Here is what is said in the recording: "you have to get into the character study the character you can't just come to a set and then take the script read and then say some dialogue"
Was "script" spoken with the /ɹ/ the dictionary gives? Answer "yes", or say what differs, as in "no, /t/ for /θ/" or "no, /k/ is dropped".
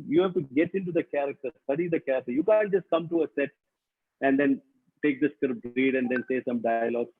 no, /ɹ/ is dropped